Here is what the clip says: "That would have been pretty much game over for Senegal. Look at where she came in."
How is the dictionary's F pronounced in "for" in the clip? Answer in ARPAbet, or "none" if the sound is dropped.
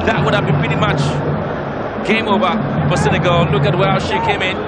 P